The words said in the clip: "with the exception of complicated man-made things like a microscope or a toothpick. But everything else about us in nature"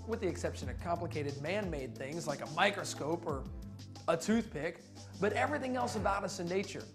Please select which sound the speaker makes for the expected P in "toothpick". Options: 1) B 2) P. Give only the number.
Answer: 2